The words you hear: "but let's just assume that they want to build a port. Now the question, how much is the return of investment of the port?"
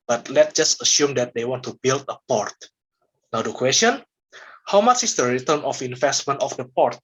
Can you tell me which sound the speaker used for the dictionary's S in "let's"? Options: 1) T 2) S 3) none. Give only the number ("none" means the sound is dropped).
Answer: 3